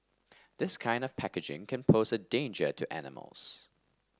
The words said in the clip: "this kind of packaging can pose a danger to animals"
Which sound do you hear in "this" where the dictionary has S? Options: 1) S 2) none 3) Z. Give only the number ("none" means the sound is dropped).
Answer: 1